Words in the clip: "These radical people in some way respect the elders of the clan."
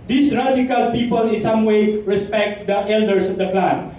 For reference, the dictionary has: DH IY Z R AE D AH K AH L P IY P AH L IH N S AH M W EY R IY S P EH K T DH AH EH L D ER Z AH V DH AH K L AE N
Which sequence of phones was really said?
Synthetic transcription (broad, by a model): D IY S R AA D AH K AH L P IY P AH L IH N S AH M W EY R IY S P EH K T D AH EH L D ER S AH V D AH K L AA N